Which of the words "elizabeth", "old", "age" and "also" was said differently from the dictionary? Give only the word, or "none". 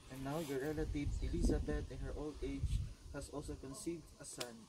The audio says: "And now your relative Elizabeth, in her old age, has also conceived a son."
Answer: elizabeth